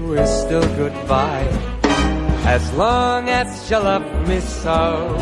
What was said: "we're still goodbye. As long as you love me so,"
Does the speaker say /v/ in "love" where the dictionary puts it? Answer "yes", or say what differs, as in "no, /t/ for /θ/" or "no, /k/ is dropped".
no, /p/ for /v/